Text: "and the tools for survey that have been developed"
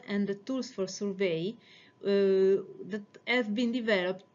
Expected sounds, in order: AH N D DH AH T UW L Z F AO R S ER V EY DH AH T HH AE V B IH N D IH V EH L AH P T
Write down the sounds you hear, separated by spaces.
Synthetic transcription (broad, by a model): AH N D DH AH T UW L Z F AO R S ER V EY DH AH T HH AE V B IH N D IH V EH L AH P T